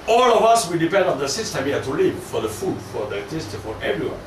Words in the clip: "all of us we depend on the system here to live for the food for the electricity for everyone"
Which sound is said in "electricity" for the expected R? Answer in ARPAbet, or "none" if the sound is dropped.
none